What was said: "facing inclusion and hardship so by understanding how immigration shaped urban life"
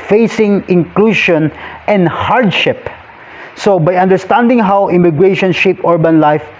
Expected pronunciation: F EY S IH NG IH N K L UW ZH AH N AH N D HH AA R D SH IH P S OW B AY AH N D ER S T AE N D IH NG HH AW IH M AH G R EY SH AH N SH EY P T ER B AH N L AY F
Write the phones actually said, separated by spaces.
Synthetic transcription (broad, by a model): F EY S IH NG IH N K L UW SH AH N AH N D HH AA R D SH IH P S OW B AY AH N D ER S T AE N D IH NG HH AW IH M AH G R EY SH AH N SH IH P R B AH N L AY F